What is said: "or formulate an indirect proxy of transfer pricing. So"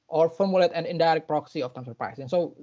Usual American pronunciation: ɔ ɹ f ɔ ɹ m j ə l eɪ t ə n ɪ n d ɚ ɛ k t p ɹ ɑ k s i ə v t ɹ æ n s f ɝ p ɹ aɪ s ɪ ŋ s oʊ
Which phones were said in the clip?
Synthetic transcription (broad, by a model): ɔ ɹ f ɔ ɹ m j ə l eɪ t ə n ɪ n d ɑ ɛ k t p ɹ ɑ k s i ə f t æ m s ɝ p ɹ aɪ s ɪ ŋ s oʊ